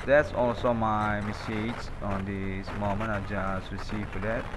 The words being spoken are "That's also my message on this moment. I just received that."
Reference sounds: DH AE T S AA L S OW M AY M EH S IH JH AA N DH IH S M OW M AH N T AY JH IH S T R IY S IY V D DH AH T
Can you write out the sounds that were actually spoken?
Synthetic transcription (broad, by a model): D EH T S AA L S OW M AY M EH S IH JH AA N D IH S M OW M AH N AY JH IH S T R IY S IY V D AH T